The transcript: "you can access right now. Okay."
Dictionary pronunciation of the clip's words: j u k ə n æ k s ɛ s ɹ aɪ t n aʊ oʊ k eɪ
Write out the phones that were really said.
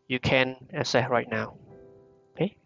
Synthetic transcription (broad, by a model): j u k ə n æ s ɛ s ɹ aɪ t n aʊ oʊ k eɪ